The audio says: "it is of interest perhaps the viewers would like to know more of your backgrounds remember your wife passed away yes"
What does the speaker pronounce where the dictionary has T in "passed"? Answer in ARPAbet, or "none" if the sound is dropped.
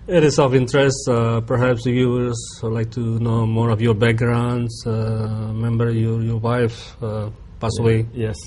none